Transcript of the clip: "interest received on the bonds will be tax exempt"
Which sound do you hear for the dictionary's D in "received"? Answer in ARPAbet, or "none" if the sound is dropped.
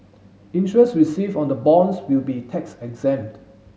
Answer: none